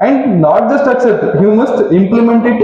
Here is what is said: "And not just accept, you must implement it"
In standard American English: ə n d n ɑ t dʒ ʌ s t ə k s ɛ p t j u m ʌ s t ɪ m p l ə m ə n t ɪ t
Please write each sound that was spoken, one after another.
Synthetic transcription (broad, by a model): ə n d n ɑ t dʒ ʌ s t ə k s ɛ t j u m ʌ s t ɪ m p l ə m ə n t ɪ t